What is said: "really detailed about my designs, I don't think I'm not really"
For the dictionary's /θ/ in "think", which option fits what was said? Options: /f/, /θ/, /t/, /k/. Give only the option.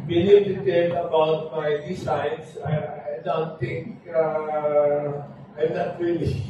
/t/